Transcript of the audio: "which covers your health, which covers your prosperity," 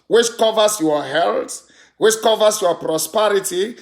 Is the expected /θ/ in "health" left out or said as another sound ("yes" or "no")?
yes